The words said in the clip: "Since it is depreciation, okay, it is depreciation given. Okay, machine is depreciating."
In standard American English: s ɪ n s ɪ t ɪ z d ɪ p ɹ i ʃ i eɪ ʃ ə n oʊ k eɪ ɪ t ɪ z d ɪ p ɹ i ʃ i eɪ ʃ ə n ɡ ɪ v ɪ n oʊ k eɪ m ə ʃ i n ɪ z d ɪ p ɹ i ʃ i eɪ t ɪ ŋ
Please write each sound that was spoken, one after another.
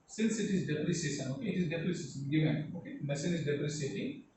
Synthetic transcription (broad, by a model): s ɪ n s ɪ t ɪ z d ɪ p ɹ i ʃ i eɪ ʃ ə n oʊ k eɪ ɪ t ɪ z d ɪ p ɹ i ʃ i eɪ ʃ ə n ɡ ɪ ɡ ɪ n oʊ k eɪ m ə s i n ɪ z d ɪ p ɹ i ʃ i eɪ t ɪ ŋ